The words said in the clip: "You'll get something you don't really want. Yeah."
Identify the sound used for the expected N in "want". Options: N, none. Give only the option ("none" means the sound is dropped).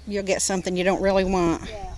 N